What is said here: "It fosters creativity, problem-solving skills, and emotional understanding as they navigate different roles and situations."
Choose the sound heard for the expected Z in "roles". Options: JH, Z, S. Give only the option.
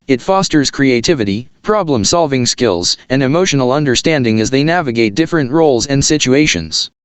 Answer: Z